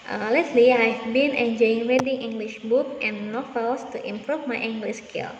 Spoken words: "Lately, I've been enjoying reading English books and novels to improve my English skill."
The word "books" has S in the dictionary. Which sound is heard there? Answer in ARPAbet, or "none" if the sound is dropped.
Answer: none